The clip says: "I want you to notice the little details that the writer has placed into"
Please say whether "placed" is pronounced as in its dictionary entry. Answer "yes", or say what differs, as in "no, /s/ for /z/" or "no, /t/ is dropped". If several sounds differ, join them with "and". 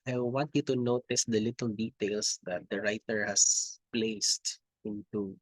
yes